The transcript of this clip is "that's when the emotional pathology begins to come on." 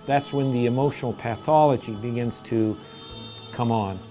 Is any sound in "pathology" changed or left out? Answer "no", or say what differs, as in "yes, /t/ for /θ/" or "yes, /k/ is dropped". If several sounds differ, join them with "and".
no